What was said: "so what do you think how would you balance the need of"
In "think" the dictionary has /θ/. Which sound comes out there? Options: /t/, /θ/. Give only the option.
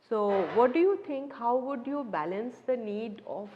/t/